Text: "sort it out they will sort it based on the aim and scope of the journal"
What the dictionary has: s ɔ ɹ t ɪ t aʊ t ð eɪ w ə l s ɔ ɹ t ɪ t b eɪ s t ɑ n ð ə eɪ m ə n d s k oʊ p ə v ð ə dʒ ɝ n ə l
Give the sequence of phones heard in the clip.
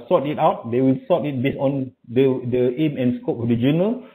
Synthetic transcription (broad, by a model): s ɔ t ɪ t aʊ t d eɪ w ə l s ɔ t ɪ t b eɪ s ɑ n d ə eɪ m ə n s k oʊ p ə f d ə dʒ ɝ n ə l